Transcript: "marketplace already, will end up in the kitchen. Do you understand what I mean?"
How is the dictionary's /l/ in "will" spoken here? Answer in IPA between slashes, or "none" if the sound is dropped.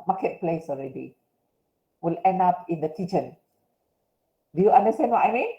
/l/